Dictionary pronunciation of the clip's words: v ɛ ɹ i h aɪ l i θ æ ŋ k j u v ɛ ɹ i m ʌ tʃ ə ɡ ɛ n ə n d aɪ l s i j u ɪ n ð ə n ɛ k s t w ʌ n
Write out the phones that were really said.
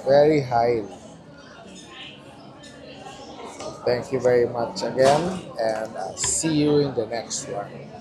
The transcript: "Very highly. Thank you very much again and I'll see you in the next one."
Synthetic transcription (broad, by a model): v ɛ ɹ i h aɪ l i t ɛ ŋ k j u v ɛ ɹ i m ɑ tʃ ə ɡ ɛ n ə n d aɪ s i j u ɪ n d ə n ɛ k s t w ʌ n